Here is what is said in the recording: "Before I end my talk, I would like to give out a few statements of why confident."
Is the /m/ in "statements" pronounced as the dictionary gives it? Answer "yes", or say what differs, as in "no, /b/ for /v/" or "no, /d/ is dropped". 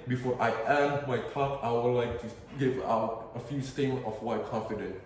no, /m/ is dropped